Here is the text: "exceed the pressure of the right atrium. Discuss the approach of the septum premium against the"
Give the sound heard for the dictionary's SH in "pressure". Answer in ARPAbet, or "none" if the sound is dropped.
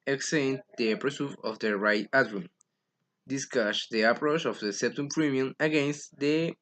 S